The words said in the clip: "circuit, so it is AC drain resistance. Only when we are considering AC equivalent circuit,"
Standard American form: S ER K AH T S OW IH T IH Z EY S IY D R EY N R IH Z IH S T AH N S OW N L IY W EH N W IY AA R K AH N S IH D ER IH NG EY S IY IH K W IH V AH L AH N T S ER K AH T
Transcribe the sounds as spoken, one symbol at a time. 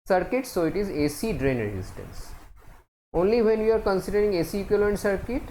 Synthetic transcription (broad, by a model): S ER K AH T S OW IH T IH Z EY S IY D R EY N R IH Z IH S T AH N S OW N L IY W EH N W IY AA R K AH N S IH D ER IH NG EY S IY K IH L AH AH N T S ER K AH T